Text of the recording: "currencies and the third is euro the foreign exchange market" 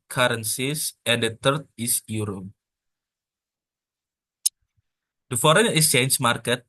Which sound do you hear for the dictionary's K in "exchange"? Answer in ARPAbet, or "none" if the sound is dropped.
none